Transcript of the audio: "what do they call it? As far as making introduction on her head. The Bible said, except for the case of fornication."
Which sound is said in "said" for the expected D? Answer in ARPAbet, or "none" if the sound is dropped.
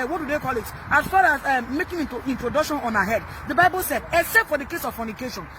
D